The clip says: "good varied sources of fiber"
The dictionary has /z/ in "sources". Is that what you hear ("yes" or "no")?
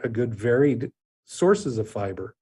yes